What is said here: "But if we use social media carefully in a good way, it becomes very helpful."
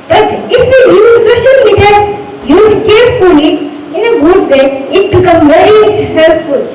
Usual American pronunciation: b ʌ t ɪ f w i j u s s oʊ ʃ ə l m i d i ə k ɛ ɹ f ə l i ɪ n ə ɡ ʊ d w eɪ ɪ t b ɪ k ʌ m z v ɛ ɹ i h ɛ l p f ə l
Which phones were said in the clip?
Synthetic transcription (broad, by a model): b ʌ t ɪ f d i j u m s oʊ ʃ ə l m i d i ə k ɛ ɹ f ə l i ɪ n ə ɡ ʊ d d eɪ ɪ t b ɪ k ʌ m v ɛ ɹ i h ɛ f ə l